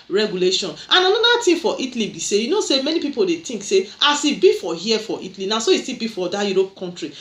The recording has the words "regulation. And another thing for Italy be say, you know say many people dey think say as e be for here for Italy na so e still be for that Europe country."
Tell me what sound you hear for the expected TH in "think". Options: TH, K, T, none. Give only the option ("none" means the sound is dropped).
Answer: T